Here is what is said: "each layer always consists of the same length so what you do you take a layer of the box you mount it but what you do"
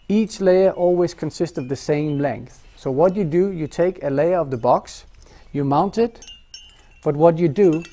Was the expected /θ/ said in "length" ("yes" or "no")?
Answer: yes